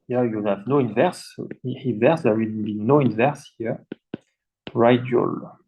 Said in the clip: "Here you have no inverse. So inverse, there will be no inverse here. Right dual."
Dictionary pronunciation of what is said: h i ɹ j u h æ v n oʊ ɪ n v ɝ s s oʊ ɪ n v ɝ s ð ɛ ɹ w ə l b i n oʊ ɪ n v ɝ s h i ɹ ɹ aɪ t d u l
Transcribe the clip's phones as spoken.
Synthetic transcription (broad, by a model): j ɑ j u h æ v n oʊ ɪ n v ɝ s s ɪ n v ɝ s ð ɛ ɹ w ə n b i n oʊ ɪ n v ɝ s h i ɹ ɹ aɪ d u l